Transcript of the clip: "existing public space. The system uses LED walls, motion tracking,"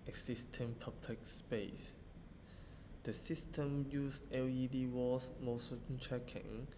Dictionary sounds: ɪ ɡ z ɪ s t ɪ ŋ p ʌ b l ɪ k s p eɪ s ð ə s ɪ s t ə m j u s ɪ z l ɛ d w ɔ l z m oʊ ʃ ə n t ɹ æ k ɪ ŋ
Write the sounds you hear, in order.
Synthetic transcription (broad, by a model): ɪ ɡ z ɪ s t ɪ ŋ p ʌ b l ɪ k s p eɪ s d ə s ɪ s t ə m j u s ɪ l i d w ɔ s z m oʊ s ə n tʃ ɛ k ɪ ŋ